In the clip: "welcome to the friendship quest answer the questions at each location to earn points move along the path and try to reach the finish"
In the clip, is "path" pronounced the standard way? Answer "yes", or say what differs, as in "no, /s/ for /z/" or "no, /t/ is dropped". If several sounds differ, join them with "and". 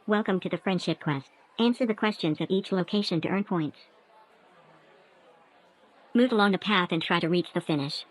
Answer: yes